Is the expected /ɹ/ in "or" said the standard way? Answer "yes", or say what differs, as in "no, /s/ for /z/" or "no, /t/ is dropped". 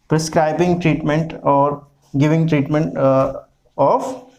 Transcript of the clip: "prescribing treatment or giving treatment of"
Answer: yes